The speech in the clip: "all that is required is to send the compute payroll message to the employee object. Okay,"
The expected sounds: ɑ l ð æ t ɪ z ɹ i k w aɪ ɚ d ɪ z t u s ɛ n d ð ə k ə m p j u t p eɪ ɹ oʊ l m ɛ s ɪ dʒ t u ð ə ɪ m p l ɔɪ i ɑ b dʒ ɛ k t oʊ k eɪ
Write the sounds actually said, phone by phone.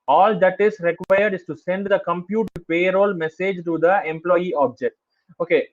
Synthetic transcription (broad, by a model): ɑ l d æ t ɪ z ɹ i k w aɪ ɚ d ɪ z t u s ɛ n d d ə k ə m p j u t p eɪ ɹ oʊ l m ɛ s ɪ dʒ t u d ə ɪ m p l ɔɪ i ɑ b dʒ ɛ k t oʊ k eɪ